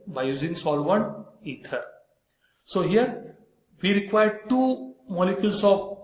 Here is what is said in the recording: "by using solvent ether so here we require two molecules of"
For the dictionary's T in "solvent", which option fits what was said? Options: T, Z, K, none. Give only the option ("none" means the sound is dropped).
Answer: none